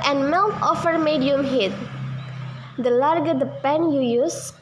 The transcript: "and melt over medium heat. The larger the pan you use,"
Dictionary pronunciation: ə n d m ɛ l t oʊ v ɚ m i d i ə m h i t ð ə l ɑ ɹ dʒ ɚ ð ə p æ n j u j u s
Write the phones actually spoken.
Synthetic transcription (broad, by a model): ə n m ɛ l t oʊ f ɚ m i d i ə m h i t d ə l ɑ ɹ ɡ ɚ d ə p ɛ n j u j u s